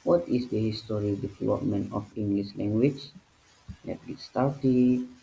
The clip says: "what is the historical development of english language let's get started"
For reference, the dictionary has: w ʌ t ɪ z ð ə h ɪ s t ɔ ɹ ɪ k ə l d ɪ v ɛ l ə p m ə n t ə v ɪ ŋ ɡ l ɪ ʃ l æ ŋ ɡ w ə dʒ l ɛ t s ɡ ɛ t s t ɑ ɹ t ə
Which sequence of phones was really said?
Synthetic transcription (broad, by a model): w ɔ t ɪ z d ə h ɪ s t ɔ ɹ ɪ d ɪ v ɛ l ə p m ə n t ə f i ŋ ɡ l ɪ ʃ l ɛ ŋ ɡ w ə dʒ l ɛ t ɡ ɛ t s t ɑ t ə